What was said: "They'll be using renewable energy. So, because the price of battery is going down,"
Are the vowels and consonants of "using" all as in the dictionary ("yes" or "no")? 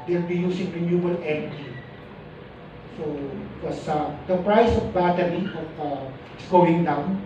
no